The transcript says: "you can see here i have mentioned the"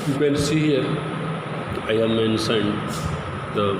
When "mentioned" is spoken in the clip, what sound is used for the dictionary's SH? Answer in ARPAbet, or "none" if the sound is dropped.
S